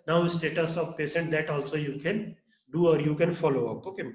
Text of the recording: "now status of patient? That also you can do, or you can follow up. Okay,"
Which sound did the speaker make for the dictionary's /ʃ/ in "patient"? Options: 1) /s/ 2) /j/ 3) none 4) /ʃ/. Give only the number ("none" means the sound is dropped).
1